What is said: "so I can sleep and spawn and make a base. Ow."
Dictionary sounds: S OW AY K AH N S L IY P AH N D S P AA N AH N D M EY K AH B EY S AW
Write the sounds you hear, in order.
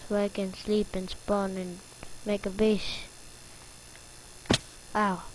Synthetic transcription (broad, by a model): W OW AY K AH N S L IY P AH N S P AA N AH N M EY K AH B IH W AW